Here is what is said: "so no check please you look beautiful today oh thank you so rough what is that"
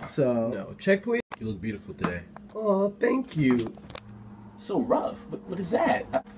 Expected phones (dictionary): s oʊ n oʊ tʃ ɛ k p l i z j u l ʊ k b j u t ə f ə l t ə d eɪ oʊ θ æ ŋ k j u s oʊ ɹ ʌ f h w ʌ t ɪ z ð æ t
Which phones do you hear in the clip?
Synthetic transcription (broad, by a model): s oʊ n oʊ tʃ ɛ k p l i j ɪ l ʊ k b j u t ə f l t ə d eɪ oʊ θ æ ŋ k j u s oʊ ɹ ʌ f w w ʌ t ɪ z ð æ t